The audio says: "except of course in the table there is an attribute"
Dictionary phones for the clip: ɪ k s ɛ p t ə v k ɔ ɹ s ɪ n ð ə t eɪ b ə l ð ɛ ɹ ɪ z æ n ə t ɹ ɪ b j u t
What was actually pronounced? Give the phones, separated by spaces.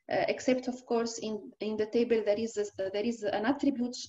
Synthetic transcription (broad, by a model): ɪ k s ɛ p t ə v k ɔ ɹ s ɪ n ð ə t eɪ b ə l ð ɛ ɹ ɪ z æ n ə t ɹ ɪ b j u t